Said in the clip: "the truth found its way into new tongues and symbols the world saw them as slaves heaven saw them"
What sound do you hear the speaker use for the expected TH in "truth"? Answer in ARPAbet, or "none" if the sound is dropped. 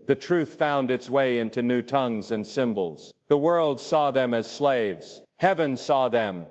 TH